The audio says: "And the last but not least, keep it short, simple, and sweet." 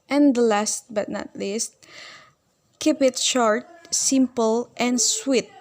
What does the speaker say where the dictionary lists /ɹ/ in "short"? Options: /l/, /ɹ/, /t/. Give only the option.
/ɹ/